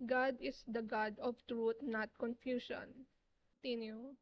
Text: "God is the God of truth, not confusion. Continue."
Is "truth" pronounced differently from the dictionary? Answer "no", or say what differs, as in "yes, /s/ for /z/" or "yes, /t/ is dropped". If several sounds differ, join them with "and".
yes, /t/ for /θ/